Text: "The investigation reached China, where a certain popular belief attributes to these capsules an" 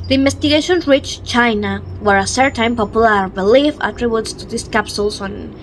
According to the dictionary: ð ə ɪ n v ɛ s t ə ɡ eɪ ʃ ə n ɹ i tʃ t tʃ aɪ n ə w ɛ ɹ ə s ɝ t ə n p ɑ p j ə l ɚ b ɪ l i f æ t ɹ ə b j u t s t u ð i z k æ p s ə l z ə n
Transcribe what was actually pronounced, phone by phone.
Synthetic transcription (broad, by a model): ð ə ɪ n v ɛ s t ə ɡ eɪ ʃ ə n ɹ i tʃ tʃ aɪ n ə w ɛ ɹ ə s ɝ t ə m p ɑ p j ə l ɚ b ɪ l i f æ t ɹ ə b j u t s t u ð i s k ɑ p s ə l s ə n